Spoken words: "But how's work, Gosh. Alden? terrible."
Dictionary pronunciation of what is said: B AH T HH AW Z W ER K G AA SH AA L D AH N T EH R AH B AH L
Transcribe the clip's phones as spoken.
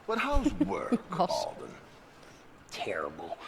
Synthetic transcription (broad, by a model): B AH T HH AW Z W ER K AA AA L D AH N T EH R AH B L